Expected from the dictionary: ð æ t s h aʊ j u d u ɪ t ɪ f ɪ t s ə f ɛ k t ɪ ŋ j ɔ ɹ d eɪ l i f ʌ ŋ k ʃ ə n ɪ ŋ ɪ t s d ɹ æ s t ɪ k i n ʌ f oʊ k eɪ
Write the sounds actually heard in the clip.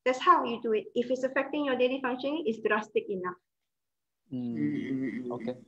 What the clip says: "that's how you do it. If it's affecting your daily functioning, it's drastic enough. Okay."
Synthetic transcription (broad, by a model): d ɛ t s h aʊ j u d u ɪ t ɪ f ɪ t s ə f ɛ k t ɪ ŋ j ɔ d eɪ l i f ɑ ŋ k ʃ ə n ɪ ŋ ɪ t s d ɹ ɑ s t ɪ k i n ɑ f oʊ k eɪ